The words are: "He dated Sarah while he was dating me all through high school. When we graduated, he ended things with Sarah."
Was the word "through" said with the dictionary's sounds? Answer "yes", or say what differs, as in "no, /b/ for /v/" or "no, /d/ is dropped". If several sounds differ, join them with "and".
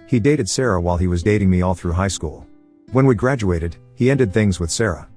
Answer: yes